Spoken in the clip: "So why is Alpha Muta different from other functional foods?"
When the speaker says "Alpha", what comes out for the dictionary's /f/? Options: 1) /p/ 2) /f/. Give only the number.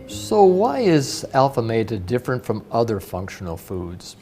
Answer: 2